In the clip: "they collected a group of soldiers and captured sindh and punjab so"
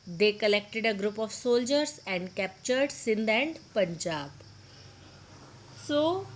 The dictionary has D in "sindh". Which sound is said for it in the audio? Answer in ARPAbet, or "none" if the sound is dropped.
D